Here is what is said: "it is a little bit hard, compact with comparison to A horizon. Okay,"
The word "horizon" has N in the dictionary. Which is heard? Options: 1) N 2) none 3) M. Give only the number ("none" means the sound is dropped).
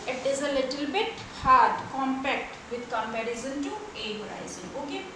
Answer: 2